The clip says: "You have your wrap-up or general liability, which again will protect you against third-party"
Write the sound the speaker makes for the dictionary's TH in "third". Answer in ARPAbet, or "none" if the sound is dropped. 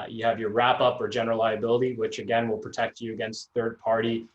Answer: TH